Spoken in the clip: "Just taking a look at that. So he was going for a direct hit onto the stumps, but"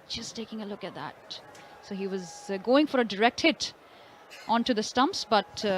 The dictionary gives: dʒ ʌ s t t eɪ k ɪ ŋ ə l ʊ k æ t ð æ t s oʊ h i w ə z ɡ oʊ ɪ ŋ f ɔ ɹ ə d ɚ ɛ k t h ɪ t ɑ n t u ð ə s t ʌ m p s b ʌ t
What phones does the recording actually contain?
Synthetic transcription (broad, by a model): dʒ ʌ s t t eɪ k ɪ ŋ ə l ʊ k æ t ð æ t s oʊ h i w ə z ɡ oʊ ɪ ŋ f ɔ ɹ ə d ɚ ɛ k t h ɪ t ɑ n t u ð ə s t ʌ m p s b ʌ t